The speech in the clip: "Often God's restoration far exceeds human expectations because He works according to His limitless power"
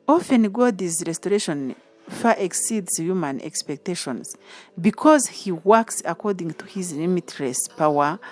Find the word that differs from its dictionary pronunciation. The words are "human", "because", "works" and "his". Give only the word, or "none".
none